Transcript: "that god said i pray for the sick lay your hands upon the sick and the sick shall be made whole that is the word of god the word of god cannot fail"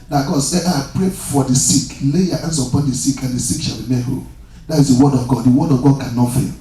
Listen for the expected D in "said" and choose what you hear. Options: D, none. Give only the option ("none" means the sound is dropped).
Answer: none